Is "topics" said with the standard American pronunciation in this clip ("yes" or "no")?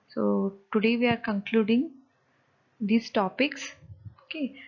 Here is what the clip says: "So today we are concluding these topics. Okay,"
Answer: yes